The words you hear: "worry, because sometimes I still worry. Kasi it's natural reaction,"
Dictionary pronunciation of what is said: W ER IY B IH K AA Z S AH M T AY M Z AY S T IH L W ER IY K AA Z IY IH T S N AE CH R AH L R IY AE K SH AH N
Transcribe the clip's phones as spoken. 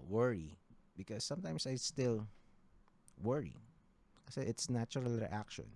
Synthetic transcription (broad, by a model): W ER IY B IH K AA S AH M T AY M S AY S T IH L W ER IY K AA S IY IH T S N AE CH R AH L R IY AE K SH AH N